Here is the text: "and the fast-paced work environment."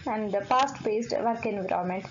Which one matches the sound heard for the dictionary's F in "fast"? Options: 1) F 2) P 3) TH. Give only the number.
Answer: 2